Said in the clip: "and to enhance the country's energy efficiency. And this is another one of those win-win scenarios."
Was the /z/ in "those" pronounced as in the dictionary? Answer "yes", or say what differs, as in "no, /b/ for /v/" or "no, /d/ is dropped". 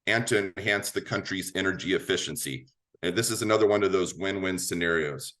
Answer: yes